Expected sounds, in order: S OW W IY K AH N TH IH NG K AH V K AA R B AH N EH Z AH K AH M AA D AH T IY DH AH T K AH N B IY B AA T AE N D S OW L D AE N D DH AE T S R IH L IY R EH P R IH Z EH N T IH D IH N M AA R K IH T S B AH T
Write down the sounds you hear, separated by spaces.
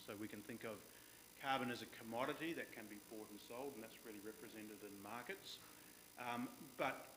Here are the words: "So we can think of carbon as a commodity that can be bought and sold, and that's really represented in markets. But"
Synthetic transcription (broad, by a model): S OW W IY K AH N TH IH NG K AH V K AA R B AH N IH Z AH K AH M AA D AH T IY DH AH T K AH N B IY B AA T N S OW L D N DH AE T S R IH L IY R EH P R IH Z EH N T IH D IH N M AA R K IH T S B AH T